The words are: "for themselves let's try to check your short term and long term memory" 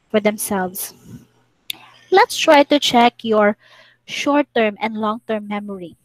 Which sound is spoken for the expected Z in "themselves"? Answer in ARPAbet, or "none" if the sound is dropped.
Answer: S